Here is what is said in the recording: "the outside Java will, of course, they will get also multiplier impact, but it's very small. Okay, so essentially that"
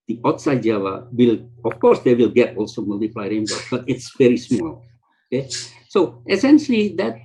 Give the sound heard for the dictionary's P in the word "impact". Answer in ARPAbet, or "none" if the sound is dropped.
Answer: B